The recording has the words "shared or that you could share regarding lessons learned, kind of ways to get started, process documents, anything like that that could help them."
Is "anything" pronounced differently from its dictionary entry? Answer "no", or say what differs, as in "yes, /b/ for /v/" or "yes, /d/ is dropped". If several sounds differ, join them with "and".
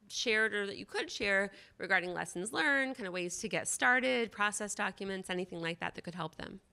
no